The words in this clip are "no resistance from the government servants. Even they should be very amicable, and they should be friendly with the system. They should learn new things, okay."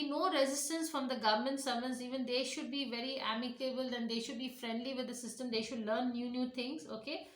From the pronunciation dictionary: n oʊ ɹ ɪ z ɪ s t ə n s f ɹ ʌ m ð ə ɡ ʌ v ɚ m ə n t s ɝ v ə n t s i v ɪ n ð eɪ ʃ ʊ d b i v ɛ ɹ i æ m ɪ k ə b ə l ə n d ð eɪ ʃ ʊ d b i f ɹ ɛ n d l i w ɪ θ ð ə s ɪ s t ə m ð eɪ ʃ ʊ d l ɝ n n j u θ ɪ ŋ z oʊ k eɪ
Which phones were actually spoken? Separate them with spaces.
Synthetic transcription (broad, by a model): n oʊ ɹ ɪ z ɪ s t ə n s f ɹ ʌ m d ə ɡ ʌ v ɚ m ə n t s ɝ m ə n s i v ɪ n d eɪ ʃ ʊ d b i v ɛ ɹ i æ m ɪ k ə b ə l ə n d eɪ ʃ ʊ d b i f ɹ ɛ n d l i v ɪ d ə s ɪ s t ə m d eɪ ʃ ʊ d l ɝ n n j u t ɪ ŋ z oʊ k eɪ